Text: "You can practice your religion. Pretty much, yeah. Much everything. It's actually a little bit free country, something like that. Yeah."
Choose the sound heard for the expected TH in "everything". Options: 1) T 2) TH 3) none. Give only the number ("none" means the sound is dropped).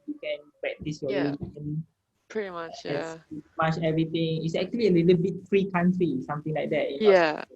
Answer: 1